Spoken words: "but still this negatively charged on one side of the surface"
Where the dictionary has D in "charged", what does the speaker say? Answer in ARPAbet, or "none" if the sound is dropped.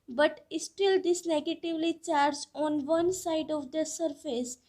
none